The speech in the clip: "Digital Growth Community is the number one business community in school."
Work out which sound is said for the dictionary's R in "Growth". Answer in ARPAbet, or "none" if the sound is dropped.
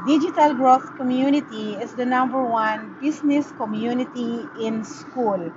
R